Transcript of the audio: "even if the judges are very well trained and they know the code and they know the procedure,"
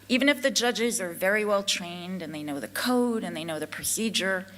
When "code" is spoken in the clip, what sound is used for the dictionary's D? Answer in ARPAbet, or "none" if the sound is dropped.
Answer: D